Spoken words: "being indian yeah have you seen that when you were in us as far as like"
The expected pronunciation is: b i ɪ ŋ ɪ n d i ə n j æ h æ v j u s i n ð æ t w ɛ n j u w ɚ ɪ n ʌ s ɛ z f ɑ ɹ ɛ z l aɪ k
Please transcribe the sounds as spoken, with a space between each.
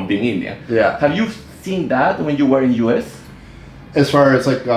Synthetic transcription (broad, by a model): b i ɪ ŋ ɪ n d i j æ h æ v j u s i n ð æ t w ɛ n j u w ɚ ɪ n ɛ s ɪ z f ɑ ɹ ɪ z l aɪ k